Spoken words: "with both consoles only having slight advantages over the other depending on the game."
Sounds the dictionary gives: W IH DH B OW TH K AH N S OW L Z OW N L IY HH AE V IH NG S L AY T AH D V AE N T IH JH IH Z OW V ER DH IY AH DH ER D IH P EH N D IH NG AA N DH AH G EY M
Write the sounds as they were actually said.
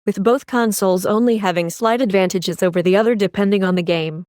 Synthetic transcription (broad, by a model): W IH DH B OW TH K AH N S OW L Z OW N L IY HH AE V IH NG S L AY T AH D V AE N T IH JH IH Z OW V ER DH IY AH DH ER D IH P EH N D IH NG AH N DH AH G EY M